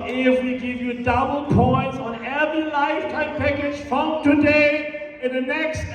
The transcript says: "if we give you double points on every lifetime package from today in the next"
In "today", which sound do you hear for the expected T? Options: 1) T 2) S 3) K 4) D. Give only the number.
1